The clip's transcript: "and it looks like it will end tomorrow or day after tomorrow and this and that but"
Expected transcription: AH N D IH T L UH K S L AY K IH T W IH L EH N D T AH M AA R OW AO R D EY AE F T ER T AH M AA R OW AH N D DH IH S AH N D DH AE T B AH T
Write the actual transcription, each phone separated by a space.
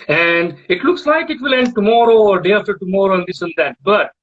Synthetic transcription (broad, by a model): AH N D IH T L UH K S L AY K IH T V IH L EH N D T AH M AA R OW AO R D EY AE F T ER T AH M AA R OW AH N D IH S AH N D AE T B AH T